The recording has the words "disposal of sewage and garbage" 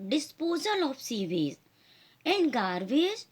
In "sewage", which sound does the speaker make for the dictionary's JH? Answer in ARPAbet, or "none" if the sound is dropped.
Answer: Z